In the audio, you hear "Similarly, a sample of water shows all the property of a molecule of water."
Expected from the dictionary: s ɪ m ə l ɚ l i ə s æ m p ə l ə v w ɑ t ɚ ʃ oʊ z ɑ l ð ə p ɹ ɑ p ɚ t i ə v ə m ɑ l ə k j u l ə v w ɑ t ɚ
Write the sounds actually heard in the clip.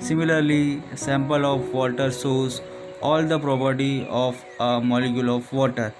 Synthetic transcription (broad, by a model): s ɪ m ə l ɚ l i s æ m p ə l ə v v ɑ t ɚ s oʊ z ɑ l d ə p ɹ ɑ p ɚ t i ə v ə m ɑ l ə k j u l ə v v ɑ t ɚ